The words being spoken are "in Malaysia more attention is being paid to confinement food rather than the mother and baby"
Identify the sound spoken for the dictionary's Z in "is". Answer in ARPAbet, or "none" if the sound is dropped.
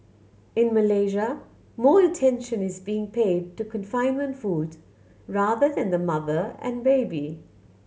Z